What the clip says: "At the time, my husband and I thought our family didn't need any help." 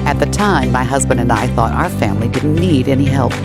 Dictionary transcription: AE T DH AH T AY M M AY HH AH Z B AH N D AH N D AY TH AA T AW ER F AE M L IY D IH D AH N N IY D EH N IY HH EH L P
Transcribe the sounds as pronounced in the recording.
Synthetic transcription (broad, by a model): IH T DH AH T AY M M AY HH AH Z B AH N D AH N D AY TH AA T AW ER F AE M L IY D IH D N N IY D EH N IY HH EH L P